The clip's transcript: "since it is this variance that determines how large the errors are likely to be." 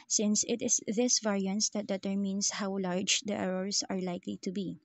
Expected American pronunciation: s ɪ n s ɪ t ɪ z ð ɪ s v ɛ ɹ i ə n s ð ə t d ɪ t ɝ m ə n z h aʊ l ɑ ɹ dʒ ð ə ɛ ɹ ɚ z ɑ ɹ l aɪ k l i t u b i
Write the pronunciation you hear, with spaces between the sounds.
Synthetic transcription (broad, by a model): s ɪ n s ɪ t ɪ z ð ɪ s v ɛ ɹ i ə n s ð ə t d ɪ t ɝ m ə n s h aʊ l ɑ ɹ dʒ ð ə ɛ ɹ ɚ s ɑ ɹ l aɪ k l i t u b i